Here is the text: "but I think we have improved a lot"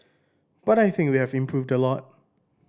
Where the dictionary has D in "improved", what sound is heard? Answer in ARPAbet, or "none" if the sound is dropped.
D